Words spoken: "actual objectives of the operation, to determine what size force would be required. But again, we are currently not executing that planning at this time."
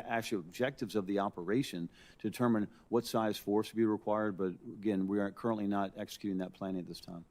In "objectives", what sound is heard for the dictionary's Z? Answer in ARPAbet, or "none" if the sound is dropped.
Z